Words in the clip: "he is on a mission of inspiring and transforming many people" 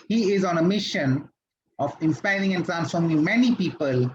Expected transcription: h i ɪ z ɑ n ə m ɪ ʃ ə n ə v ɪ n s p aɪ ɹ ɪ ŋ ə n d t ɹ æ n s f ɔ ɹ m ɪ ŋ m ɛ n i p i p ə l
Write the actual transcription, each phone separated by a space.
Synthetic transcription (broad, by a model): h i ɪ z ɑ n ə m ɪ ʃ ə n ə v ɪ n s p aɪ ɹ ɪ ŋ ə n t ɹ æ n s f ɔ ɹ m ɪ ŋ m ɛ n i p i p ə l